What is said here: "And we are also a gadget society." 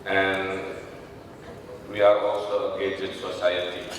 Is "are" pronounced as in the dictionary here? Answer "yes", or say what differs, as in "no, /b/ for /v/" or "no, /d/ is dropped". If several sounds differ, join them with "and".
yes